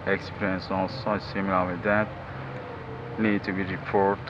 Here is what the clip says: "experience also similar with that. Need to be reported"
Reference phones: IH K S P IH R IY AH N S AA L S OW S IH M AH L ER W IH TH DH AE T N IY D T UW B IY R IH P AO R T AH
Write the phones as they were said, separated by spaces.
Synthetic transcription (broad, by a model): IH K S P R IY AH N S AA S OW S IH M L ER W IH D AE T N IY D T UW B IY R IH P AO R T